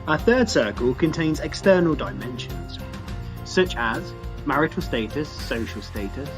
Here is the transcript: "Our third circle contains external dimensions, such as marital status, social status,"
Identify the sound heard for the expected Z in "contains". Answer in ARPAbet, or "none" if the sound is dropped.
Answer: Z